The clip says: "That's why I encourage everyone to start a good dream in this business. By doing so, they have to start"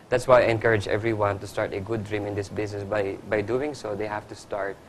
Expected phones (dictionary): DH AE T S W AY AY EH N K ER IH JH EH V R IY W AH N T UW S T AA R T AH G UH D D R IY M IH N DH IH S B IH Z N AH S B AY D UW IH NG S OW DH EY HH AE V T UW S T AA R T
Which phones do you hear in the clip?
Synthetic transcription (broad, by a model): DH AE T S W AY AY EH N K ER IH JH EH V R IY W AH N T UW S T AA R T AH G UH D D R IY M IH N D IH S B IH S N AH S B AY D UW IH NG S OW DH EY HH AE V T UW S T AA R T